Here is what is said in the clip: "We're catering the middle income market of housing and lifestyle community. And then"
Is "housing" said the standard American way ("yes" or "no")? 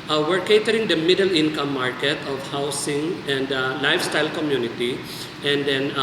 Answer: no